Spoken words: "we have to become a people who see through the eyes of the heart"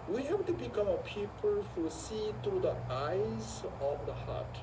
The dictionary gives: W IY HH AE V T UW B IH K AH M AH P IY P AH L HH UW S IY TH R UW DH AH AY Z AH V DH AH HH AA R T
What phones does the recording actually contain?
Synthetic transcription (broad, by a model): W IY HH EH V T UW B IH K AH M AH P IY P AH L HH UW S IY T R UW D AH AY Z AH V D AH HH AA T